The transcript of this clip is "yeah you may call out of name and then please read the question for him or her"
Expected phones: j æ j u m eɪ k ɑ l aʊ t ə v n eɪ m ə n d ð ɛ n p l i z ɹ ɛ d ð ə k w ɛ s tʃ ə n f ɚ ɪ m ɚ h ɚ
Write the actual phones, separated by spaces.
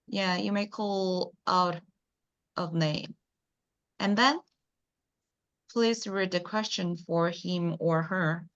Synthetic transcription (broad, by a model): j æ j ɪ m eɪ k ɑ l aʊ t ə v n eɪ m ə n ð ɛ n p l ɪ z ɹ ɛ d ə k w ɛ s tʃ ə n f ɚ ɪ m ɚ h ɚ